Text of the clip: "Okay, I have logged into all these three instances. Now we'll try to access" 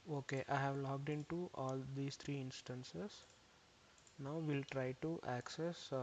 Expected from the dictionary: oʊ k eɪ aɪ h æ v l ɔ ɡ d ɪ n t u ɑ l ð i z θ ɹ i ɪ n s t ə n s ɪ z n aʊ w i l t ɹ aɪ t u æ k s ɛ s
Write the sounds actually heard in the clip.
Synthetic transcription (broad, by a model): oʊ k eɪ aɪ h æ v l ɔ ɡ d ɪ n t u ɑ l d i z t ɹ i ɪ n s t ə n s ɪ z n aʊ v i l t ɹ aɪ t u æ k s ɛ s